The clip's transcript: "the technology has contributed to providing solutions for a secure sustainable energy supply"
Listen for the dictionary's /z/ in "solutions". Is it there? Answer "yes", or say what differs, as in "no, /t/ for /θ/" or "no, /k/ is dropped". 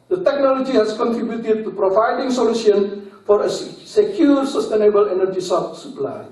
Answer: no, /z/ is dropped